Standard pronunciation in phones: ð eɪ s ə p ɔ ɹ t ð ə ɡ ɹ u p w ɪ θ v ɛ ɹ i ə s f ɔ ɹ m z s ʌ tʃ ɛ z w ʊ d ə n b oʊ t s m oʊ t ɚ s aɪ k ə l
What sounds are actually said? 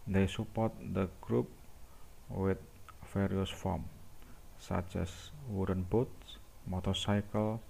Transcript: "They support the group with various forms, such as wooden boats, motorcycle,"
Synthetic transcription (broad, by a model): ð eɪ s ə p ɔ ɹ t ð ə ɡ ɹ u p w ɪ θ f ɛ ɹ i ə s f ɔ m s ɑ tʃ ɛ s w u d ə n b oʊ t s m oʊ t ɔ s aɪ k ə l